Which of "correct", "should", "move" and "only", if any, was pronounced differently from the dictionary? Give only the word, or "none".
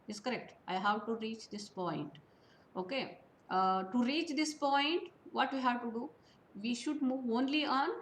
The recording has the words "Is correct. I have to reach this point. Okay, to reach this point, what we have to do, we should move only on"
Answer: none